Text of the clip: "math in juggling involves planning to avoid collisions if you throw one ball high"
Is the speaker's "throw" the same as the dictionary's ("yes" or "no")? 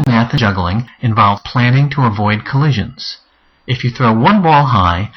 yes